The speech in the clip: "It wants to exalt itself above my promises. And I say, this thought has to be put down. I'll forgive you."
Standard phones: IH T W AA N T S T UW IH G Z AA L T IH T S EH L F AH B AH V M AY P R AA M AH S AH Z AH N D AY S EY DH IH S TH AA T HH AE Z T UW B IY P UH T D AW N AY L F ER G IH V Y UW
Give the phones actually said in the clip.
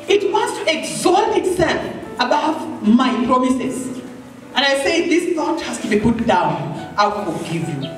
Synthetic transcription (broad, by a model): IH T W AA N T S T UW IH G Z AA T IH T S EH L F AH B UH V M AY P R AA M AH S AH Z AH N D AY S EY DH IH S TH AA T HH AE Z T UW B IY P UH T D AW N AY W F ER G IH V Y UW